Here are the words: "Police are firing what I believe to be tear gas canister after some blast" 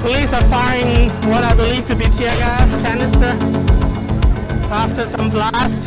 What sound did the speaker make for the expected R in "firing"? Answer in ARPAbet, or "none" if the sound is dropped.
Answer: none